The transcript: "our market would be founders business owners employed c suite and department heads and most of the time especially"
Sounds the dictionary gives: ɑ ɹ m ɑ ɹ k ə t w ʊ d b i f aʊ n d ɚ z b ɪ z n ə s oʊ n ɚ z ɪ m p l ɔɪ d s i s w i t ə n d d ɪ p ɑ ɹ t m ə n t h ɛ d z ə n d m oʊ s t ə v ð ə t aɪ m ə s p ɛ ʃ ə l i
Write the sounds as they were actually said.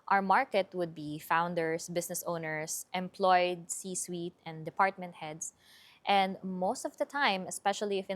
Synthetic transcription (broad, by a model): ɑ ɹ m ɑ ɹ k ə t w ʊ d b i f aʊ n d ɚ s b ɪ s n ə s oʊ n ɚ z ɪ m p l ɔɪ d s i s w i t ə n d d ɪ p ɑ ɹ t m ə n t h ɛ d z ə n d m oʊ s t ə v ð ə t aɪ m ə s p ɛ ʃ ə l i